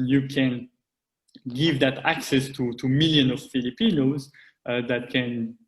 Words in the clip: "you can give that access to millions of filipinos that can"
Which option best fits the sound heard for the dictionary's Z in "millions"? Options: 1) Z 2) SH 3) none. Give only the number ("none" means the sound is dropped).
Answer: 3